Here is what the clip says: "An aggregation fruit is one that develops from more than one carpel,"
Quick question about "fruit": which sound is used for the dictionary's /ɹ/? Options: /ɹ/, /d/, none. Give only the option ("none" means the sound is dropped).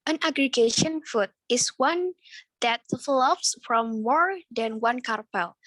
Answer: none